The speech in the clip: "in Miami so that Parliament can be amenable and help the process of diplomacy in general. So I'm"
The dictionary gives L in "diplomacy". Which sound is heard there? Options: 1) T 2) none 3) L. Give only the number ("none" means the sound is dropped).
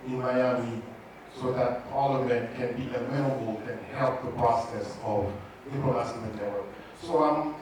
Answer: 2